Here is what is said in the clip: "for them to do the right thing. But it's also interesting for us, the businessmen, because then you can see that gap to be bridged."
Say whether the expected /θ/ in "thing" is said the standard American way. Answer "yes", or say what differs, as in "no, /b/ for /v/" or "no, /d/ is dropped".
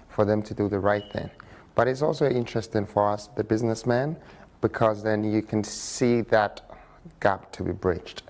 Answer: yes